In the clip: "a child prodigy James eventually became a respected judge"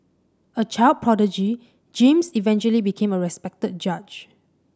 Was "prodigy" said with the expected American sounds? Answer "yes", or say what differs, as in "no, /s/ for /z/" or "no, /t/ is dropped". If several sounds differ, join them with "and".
yes